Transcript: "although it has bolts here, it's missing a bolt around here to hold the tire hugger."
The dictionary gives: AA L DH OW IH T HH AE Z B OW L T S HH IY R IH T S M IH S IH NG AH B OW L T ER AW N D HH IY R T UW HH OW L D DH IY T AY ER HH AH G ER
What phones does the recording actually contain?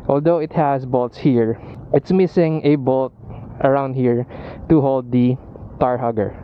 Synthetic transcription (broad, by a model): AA L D OW IH T HH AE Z B OW L T S HH IY R IH T S M IH S IH NG AH B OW L T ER AW N D HH IY R T UW HH OW L D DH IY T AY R HH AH G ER